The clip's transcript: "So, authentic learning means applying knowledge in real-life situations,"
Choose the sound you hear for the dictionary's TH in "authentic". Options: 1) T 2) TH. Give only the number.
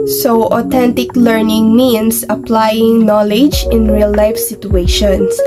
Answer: 1